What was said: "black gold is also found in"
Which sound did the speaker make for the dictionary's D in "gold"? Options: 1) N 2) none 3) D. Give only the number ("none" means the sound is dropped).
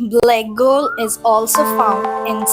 2